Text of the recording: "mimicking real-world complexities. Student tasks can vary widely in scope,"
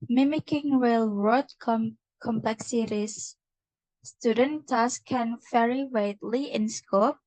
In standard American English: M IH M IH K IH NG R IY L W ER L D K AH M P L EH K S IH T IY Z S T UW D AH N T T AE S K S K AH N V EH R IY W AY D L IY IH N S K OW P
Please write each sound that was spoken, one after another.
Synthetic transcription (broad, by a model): M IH M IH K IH NG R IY L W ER D K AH M P L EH K S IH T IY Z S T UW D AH N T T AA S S K AH N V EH R IY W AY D L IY IH N S K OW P